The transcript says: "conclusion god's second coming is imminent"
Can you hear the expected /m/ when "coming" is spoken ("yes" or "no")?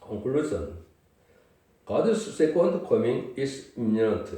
yes